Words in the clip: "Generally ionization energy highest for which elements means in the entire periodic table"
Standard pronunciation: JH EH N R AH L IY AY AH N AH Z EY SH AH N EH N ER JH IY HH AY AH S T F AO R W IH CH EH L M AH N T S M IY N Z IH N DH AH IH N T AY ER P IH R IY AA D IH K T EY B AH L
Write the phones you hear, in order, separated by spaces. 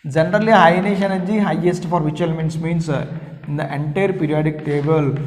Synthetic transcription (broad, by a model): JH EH N R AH L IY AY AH N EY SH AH N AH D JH IY HH AY AH S T F AO R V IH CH EH L M AH N T S M IY N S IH N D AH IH N T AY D P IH R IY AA D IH K T EY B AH L